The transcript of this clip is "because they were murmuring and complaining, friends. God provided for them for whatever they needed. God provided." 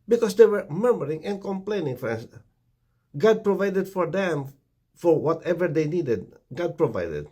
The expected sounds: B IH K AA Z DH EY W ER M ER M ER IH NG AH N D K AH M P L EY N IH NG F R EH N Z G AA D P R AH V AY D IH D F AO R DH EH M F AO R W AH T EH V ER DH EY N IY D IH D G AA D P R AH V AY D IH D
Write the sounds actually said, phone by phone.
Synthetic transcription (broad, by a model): B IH K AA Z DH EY W ER M ER M ER IH NG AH N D K AH M P L EY N IH NG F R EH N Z G AA D P R AH V AY D IH D F AO R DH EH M F AO R W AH T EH V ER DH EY N IY D IH D G AA D P R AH V AY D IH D